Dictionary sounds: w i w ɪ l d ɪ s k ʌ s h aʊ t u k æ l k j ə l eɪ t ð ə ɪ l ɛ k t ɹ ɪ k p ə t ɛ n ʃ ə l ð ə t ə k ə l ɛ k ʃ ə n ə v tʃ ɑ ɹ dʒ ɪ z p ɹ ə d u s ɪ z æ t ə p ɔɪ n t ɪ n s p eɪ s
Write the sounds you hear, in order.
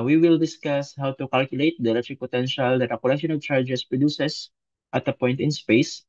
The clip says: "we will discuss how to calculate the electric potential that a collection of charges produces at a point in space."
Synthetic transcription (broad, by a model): w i w ɪ l d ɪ s k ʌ s h aʊ t u k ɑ l k j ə l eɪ t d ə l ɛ t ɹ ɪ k p ə t ɛ n ʃ ə l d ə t ə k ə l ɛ ʃ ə n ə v tʃ ɑ ɹ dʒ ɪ s p ɹ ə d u s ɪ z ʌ t ə p ɔɪ n t ɪ n s p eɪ s